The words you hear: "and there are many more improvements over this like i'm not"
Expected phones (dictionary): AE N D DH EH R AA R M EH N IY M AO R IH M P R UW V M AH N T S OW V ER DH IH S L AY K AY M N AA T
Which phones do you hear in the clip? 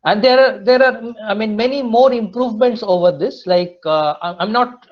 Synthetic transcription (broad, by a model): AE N D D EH R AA R M EH N IY M AO R IH M P R UW V M AH N T S OW V ER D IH S L AY K AY M N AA T